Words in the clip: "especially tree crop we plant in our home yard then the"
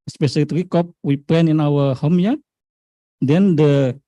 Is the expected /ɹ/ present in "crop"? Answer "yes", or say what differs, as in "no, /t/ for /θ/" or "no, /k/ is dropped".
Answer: no, /ɹ/ is dropped